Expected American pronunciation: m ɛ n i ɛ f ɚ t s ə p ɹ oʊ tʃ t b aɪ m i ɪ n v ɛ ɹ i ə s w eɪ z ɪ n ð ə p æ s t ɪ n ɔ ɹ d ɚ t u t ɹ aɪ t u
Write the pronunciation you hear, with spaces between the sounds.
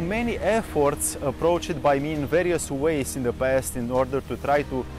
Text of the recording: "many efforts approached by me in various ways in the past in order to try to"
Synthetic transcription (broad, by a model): m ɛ n i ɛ f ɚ t s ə p ɹ oʊ tʃ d b aɪ m i ɪ n v ɛ ɹ i ə s w eɪ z ɪ n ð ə p æ s t ɪ n ɔ ɹ d ɚ t u t ɹ aɪ t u